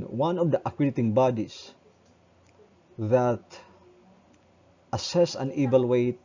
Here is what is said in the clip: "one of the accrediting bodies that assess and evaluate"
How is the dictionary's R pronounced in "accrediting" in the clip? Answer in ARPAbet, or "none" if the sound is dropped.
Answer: W